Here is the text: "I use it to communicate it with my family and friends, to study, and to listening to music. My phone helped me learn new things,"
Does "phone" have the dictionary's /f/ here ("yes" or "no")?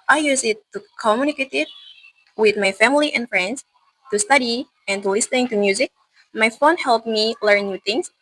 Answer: yes